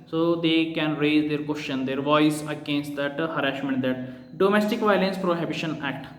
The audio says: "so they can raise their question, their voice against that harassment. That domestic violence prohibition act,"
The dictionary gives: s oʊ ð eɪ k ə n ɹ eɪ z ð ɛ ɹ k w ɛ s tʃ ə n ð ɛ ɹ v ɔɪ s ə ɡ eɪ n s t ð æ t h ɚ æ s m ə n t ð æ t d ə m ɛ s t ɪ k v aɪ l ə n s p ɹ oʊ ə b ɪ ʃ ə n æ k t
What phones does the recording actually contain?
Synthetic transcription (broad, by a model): s oʊ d eɪ k ə n ɹ eɪ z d ɛ ɹ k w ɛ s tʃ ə n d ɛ ɹ v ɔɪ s ə ɡ eɪ n s t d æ t h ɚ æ ʃ m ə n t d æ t d ə m ɛ s t ɪ k v aɪ l ə n s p ɹ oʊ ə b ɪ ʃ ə n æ k t